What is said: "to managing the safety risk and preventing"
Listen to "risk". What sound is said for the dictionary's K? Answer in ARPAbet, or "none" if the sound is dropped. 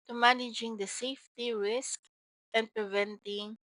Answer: K